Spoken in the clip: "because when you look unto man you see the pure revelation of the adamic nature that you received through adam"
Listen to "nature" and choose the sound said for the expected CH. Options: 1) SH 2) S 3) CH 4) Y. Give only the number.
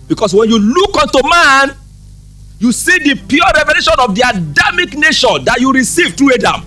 1